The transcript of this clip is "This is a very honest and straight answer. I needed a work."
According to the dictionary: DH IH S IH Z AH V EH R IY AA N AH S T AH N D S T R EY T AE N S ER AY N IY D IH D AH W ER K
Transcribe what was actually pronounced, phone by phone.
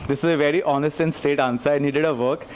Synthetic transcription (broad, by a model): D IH S IH Z AH V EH R IY AA N AH S T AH N S T EY T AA N S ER AY N IY D IH D AH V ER K